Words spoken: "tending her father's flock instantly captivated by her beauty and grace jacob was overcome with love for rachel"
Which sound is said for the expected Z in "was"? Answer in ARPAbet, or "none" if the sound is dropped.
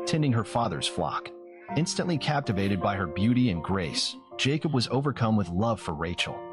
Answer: Z